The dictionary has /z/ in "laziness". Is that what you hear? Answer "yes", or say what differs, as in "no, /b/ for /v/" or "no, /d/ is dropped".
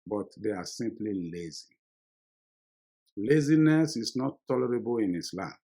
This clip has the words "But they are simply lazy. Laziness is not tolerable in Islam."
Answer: yes